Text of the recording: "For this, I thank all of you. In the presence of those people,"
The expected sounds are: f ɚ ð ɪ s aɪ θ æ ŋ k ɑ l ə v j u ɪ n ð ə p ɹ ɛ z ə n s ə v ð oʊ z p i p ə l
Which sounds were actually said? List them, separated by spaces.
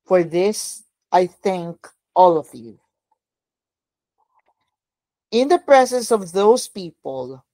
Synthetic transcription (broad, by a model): f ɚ ð ɪ s aɪ θ æ ŋ k ɑ l ə v j u ɪ n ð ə p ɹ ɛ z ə n s ə v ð oʊ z p i p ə l